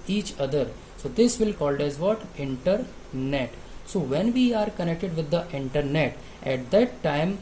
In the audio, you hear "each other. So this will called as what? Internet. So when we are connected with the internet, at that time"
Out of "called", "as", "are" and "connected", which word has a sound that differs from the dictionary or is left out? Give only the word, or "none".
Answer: none